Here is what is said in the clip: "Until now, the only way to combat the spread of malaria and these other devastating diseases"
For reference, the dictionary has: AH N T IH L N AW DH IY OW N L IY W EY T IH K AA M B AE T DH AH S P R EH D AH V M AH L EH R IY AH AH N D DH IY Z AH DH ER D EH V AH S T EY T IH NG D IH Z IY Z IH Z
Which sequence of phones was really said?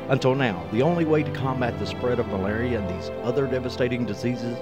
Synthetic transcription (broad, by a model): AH N T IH L N AW DH IY OW N L IY W EY T IH K AA M B AE T DH AH S P R EH D AH V M AH L EH R IY AH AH N DH IY Z AH DH ER D EH V AH S T EY T IH NG D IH Z IY Z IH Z